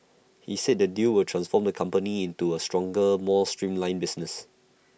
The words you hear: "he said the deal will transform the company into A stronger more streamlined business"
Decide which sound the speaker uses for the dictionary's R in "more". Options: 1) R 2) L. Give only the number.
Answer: 2